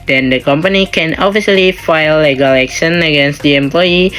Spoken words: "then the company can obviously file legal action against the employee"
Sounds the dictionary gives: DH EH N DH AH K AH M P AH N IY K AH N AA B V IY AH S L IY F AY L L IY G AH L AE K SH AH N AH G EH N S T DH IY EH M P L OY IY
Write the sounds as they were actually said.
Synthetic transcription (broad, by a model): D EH N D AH K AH M P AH N IY K AH N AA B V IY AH L IY F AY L L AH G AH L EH K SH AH N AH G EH N S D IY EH M P L OY IY